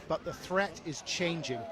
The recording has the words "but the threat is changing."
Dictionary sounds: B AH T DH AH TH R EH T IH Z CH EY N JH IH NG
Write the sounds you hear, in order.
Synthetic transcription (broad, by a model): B AH T DH AH TH R EH T IH Z CH EY N JH IH NG